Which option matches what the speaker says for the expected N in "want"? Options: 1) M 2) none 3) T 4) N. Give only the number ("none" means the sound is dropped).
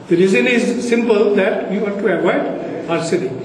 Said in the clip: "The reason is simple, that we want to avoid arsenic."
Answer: 2